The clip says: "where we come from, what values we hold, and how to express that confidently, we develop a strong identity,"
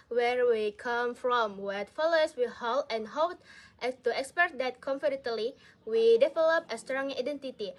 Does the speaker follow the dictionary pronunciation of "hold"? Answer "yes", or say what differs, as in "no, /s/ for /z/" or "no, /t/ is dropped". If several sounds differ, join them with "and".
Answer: no, /d/ is dropped